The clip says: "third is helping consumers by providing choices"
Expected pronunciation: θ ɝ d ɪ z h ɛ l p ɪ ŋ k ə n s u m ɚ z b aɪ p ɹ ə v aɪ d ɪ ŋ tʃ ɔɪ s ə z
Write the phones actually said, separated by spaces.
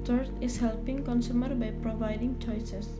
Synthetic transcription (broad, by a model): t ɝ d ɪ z h ɛ l p ɪ ŋ k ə n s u m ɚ b aɪ p ɹ ə v aɪ d ɪ ŋ tʃ ɔɪ s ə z